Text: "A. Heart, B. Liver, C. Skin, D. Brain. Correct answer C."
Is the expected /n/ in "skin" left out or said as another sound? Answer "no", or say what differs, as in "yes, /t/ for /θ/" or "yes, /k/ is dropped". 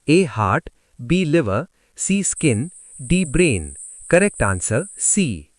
no